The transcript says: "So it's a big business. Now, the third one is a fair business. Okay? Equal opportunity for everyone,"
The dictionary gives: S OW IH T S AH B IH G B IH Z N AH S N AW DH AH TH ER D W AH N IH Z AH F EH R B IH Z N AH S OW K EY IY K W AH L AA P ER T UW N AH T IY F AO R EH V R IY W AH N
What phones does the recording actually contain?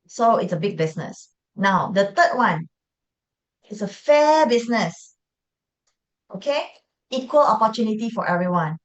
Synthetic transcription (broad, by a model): S OW IH T S AH B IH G B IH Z N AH S N AW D AH T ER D W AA N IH S AH F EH B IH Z N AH S OW K EY IY K W AH L AA P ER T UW N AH T IY F AO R EH V R IY W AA N